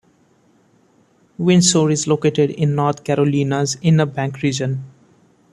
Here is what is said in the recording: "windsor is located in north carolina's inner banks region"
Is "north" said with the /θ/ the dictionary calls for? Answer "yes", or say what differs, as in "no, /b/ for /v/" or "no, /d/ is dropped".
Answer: no, /t/ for /θ/